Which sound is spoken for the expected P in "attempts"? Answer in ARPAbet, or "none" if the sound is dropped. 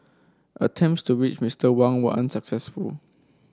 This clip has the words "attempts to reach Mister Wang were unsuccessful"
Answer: P